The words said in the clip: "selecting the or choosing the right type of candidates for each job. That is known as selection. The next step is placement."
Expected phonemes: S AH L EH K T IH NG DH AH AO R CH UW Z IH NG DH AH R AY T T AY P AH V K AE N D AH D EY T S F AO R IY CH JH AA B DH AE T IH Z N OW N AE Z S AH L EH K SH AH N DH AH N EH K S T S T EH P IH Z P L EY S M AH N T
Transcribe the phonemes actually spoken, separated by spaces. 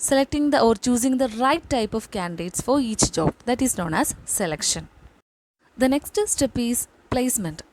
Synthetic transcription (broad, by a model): S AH L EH K T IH NG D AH AO R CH UW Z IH NG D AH R AY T T AY P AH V K AE N D AH D EY T S F AO R IY CH JH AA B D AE T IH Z N OW N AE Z S AH L EH K SH AH N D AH N EH K S T S T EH P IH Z P L EY S M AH N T